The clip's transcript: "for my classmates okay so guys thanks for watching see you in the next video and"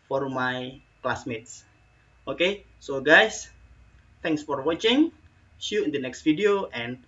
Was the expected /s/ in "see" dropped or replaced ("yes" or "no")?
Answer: yes